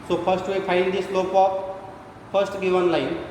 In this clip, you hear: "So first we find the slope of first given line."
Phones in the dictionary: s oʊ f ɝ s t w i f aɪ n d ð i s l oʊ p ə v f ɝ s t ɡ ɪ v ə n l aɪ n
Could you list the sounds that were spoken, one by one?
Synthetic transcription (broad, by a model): s oʊ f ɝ s t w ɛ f aɪ n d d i s l oʊ p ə p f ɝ s t ɡ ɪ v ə n l aɪ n